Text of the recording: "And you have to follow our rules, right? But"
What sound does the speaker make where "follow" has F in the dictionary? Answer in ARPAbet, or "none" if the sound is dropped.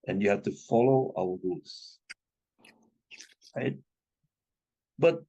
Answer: F